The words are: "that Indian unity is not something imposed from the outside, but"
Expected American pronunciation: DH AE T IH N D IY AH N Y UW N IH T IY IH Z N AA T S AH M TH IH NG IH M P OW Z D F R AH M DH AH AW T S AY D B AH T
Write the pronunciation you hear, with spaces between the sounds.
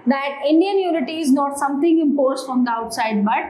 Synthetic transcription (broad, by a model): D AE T IH N D IY AH N Y UW N IH T IY IH Z N AA T S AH M T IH NG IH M P OW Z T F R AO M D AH AW T S AY D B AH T